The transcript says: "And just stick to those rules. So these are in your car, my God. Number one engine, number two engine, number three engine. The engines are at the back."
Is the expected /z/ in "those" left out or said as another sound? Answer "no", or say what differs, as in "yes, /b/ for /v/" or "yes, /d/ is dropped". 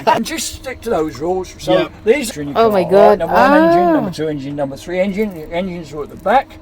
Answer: no